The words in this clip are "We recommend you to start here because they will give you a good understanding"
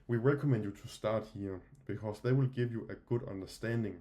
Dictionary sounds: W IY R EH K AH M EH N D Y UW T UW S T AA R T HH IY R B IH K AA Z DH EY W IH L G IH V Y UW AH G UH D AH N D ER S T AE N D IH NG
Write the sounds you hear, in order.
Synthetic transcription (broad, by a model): W IY R EH K AH M EH N D Y UW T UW S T AA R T HH IY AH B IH K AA S DH EY W IH L G IH V Y UW AH G UH D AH N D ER S T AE N D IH NG